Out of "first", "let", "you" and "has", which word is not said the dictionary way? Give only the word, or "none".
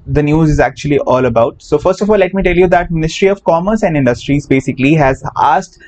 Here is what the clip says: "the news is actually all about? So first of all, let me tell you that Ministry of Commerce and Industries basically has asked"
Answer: none